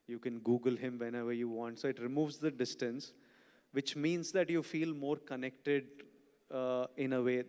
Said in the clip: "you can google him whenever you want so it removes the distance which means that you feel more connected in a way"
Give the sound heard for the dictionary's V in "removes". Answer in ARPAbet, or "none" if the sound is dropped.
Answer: V